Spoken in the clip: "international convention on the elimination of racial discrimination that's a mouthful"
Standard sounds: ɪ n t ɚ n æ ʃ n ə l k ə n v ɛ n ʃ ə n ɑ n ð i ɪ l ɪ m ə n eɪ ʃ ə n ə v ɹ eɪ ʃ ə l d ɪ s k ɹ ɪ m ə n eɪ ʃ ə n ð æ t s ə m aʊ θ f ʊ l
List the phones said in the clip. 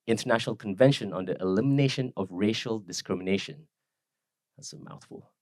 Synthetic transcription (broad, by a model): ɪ n t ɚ n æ ʃ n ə l k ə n v ɛ n ʃ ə n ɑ n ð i ɪ l ɪ m ə n eɪ ʃ ə n ə v ɹ eɪ ʃ ə l d ɪ s k ɹ ɪ m ə n eɪ ʃ ə n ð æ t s ə m aʊ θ f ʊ l